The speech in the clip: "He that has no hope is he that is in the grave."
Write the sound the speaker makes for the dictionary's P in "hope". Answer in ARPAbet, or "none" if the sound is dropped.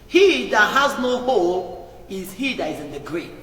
none